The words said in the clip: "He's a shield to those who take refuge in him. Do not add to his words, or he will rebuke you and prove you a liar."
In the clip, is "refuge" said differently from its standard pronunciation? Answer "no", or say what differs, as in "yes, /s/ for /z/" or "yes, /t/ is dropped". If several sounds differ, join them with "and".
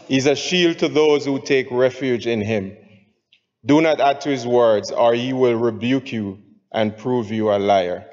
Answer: no